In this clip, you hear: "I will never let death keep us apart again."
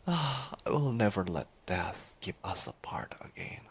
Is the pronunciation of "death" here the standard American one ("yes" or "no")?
yes